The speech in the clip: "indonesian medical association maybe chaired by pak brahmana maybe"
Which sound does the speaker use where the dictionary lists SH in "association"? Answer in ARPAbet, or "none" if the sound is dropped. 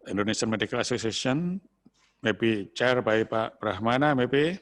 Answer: S